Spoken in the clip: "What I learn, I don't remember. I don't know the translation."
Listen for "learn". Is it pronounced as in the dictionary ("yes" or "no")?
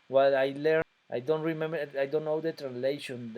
no